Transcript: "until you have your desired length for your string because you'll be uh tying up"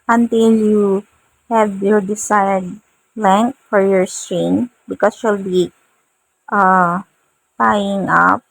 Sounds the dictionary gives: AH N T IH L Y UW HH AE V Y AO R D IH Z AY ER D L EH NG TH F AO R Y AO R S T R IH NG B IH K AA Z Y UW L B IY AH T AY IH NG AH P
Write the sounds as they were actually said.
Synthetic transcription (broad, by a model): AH N T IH L Y UW HH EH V Y AO R D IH S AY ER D L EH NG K F AO R Y AO R S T R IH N B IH K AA S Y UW L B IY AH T AY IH NG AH P